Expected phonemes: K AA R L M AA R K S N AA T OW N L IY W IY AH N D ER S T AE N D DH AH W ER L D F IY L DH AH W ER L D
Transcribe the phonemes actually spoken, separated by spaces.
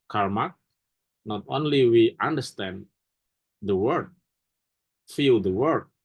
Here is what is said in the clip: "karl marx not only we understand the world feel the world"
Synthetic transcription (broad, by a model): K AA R M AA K N AA T OW N L IY W IY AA N D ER S T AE N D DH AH W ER D F IY L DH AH W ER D